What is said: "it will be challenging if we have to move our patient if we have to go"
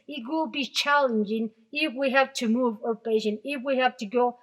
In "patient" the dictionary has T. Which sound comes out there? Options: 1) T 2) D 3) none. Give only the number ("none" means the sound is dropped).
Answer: 3